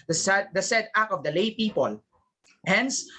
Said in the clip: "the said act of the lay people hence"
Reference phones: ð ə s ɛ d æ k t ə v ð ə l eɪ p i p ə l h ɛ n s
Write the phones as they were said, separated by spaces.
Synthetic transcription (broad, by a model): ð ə s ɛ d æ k ə v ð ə l eɪ p i p ə l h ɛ n s